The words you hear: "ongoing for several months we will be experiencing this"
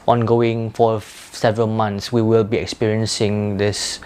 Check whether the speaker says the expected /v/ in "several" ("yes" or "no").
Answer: yes